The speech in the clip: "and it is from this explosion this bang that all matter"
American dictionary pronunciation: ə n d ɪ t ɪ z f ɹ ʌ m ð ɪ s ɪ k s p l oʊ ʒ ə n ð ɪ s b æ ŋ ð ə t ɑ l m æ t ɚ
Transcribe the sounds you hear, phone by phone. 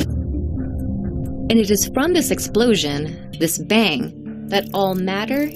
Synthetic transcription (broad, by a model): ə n ɪ t ɪ z f ɹ ʌ m ð ɪ s ɪ k s p l oʊ ʒ ə n ð ɪ s b æ ŋ ð ə t ɑ l m æ t ɚ